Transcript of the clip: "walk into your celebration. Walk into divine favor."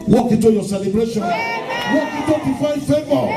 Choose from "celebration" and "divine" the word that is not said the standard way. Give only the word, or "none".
divine